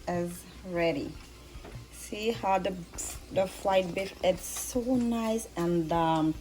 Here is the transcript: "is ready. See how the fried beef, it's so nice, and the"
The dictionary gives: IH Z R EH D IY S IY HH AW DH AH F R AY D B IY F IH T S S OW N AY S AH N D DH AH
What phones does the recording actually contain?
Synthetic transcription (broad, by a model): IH Z R EH D IY S IY HH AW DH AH F L AY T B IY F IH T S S OW N AY S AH N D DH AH